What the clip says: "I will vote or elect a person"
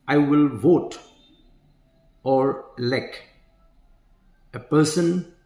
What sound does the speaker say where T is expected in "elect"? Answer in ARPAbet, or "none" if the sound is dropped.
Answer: none